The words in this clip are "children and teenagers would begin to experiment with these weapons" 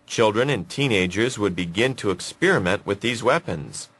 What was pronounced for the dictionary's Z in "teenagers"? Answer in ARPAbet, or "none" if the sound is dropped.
Z